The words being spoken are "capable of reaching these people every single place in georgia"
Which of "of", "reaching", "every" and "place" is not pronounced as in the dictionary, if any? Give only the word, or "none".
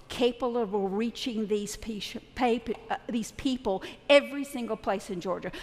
of